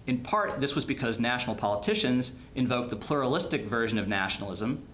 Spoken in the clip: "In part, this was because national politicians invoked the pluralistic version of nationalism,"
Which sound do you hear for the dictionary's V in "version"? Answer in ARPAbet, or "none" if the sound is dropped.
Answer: V